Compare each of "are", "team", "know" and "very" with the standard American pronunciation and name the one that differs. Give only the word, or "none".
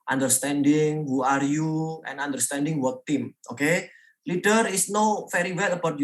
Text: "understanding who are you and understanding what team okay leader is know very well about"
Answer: very